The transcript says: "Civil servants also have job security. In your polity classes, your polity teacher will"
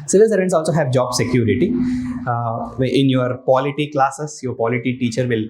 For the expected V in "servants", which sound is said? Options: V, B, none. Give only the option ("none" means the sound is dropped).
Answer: none